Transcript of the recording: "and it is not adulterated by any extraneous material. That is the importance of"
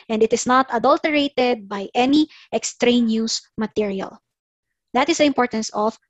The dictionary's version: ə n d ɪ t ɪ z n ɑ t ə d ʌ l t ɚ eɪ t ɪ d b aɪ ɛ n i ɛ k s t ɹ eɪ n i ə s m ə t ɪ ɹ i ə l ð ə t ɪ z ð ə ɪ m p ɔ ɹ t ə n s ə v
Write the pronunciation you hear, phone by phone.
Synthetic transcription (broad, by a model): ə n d ɪ t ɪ s n ɑ t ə d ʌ l t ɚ eɪ t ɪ d b aɪ ɛ n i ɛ k s t ɹ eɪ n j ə s m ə t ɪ ɹ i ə l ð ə t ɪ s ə ɪ m p ɔ ɹ t ə n s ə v